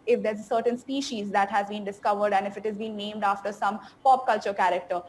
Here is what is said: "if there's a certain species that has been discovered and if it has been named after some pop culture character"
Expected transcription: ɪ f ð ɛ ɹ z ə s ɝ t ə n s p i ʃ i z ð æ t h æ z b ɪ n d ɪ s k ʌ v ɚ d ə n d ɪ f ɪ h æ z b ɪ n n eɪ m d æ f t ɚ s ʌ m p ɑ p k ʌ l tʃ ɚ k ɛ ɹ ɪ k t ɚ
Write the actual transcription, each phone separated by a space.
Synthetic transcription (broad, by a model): ɪ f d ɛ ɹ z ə s ɝ t ə n s p i ʃ i z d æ t h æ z b ɪ n d ɪ s k ʌ v ɚ d ə n d ɪ f ɪ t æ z b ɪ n n eɪ m d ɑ f t ɚ s ʌ m p ɑ p k ʌ l tʃ ɚ k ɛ ɹ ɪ k t ɚ